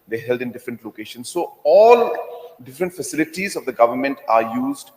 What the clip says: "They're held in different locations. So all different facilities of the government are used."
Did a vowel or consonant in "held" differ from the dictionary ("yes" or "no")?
no